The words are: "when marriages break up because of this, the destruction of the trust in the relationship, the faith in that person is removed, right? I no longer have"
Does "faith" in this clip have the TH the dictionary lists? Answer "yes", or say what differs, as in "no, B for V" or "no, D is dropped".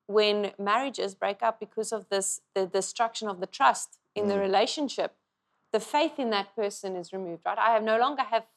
yes